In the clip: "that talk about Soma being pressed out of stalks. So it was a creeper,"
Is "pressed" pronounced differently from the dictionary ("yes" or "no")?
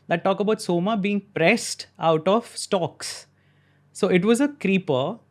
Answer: no